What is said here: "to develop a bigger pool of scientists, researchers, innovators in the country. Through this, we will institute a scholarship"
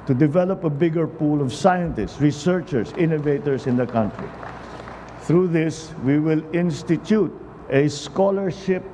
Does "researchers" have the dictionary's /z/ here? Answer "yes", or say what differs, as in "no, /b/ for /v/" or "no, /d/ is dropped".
no, /s/ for /z/